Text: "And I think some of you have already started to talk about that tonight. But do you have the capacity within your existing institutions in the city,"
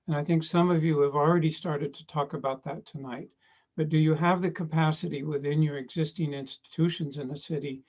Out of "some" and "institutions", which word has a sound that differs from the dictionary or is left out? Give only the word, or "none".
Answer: none